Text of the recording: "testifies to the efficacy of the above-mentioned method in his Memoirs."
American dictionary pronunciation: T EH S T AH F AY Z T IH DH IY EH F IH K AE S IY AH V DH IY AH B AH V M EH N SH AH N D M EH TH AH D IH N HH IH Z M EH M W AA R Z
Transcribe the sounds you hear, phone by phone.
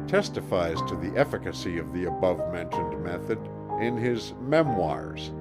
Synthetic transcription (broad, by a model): T EH S T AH F AY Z T IH DH IY EH F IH K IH S IY AH V DH IY AH B AH V M EH N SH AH N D M EH TH AH D IH N IH Z M EH M W AA R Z